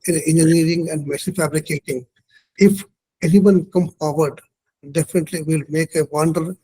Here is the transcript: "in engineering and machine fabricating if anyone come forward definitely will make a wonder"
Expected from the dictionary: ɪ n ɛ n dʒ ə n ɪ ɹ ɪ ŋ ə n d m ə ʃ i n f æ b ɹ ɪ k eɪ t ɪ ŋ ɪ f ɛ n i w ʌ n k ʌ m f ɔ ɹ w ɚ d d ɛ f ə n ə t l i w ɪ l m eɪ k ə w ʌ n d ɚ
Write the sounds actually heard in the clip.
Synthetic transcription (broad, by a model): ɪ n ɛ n dʒ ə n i ɹ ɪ ŋ ə n d m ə s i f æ b ɹ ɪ k eɪ t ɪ ŋ ɪ f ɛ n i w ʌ n k ʌ m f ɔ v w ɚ d d ɛ f ə n ə t l i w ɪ l m eɪ k ə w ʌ n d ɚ